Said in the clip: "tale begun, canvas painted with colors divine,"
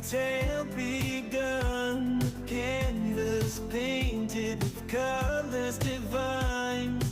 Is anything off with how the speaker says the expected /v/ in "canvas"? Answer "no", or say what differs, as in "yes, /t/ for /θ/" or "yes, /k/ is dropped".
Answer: yes, /v/ is dropped